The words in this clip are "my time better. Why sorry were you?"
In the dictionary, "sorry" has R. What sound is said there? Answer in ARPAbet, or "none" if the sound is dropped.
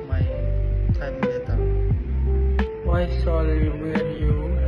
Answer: L